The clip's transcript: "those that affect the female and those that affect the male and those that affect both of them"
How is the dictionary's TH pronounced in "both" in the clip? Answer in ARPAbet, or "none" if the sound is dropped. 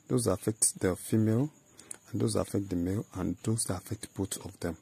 T